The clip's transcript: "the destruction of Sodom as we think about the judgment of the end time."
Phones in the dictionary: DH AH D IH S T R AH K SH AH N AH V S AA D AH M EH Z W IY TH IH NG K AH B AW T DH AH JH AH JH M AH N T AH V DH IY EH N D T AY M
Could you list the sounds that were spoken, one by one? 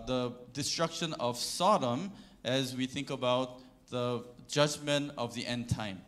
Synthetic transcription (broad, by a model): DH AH D IH S T R AH K SH AH N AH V S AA D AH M EH Z W IY TH IH NG K AH B AW T DH AH JH AH JH M AH N T AH V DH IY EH N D T AY M